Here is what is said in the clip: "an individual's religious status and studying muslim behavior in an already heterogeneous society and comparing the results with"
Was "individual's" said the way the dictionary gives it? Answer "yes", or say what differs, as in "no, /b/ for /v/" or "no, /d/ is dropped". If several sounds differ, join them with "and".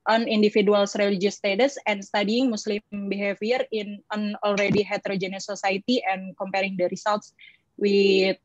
no, /f/ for /v/ and /s/ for /z/